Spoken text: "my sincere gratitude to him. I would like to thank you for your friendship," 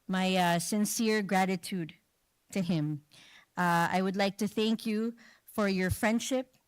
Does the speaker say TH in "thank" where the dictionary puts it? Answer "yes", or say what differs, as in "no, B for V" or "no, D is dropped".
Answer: yes